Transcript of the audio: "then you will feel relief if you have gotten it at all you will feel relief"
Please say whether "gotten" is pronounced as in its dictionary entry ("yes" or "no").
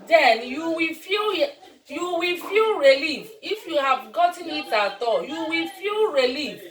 yes